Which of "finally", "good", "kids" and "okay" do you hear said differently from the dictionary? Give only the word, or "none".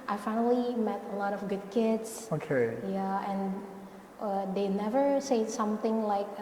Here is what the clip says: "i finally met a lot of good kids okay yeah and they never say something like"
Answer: kids